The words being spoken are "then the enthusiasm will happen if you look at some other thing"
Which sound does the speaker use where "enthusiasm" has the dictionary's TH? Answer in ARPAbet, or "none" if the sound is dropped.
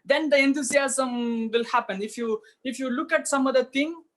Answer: T